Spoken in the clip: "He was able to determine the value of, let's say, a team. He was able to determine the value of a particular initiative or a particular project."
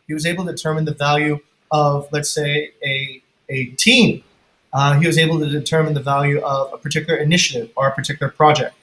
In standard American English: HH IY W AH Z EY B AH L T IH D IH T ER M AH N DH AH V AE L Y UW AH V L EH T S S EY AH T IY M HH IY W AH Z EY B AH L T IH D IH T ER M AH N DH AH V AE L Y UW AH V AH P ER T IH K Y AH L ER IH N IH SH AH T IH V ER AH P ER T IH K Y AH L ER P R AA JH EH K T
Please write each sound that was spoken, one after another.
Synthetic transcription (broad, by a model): HH IY W AH Z EY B L T IH D IH T ER M AH N DH AH V AE L Y UW AH V L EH T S S EY AH T IY M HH IY W AH Z EY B L T IH D IH T ER M AH N DH AH V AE L Y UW AH V AH P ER T IH K Y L ER IH N IH SH AH T IH V ER AH P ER T IH K Y L ER P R AA JH EH K T